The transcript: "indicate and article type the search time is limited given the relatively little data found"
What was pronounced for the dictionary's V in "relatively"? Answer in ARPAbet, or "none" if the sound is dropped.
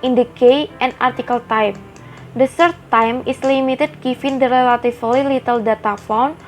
F